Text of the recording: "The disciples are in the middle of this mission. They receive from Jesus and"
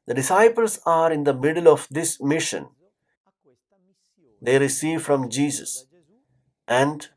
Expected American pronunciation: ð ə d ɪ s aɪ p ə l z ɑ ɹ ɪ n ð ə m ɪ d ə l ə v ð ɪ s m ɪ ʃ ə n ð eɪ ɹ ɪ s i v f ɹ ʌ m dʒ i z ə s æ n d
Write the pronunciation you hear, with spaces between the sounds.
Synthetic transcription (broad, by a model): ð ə d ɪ s aɪ p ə l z ɑ ɹ ɪ n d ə m ɪ d ə l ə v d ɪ s m ɪ ʃ ə n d eɪ ɹ ɪ s i v f ɹ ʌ m dʒ i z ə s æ n d